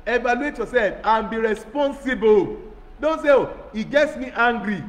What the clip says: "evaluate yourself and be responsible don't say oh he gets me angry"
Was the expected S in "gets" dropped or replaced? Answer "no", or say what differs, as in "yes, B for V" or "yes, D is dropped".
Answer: no